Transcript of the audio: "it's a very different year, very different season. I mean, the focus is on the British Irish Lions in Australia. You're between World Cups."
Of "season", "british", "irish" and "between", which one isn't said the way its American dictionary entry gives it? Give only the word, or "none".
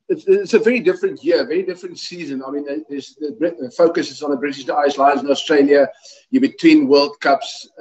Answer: irish